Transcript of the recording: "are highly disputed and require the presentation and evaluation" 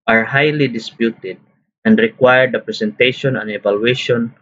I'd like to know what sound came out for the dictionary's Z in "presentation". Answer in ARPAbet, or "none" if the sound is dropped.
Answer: S